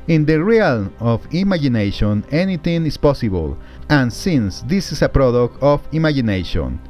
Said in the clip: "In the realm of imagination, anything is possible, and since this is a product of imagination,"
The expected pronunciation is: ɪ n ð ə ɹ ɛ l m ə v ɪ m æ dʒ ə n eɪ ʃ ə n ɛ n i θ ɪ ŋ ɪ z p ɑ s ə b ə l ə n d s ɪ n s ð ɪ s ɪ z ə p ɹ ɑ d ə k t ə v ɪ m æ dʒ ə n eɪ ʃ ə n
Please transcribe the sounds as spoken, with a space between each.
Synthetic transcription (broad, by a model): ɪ n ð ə ɹ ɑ l ə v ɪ m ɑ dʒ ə n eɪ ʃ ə n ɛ n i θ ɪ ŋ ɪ s p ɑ s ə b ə l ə n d s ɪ n s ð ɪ s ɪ s ə p ɹ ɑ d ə k t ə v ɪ m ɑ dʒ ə n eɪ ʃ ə n